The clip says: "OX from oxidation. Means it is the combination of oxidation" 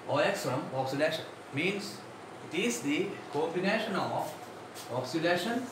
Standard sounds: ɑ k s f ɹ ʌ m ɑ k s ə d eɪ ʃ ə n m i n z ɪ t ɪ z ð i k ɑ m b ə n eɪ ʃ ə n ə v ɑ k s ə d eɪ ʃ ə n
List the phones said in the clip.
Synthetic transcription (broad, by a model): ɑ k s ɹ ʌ m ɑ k s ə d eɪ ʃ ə n m i n s ɪ t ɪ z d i k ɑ b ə n eɪ ʃ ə n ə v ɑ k s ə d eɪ ʃ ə n